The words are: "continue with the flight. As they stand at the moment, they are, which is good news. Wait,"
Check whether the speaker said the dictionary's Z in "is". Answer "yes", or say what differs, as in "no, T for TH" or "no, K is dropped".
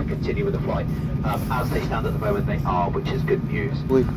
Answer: yes